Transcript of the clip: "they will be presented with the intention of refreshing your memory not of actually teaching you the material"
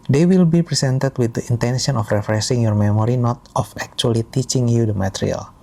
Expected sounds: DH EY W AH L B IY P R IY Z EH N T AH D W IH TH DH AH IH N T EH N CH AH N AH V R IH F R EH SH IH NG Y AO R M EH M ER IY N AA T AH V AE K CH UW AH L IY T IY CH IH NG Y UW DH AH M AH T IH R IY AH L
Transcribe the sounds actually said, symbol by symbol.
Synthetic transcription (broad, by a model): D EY W AH L B IY P R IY S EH N T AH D W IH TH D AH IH N T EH N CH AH N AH F R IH F R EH S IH NG Y AO R M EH M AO IY N AA T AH F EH K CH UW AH L IY T IY CH IH NG Y UW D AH M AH T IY R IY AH L